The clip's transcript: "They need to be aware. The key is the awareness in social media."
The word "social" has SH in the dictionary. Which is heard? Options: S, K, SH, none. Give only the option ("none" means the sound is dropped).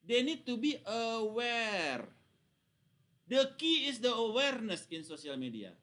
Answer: S